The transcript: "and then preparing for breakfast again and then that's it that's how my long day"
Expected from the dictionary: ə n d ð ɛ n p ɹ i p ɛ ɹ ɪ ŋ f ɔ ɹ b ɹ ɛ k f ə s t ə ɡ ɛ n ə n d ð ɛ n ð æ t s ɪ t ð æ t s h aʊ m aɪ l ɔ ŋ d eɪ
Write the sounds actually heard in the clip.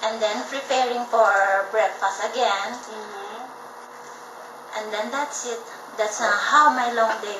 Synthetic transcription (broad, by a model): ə n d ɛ n p ɹ i p ɛ ɹ ɪ ŋ f ɔ ɹ b ɹ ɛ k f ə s ə ɡ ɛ n ə n d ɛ n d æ t s ɪ t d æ t s h aʊ m aɪ l ɔ ŋ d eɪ